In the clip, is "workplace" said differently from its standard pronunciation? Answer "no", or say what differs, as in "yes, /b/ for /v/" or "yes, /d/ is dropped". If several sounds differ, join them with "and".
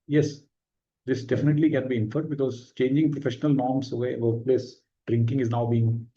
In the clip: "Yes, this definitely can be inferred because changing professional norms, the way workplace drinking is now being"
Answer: yes, /k/ is dropped